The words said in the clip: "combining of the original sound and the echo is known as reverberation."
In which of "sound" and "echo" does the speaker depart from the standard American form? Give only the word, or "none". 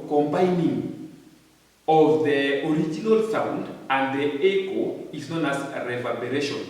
none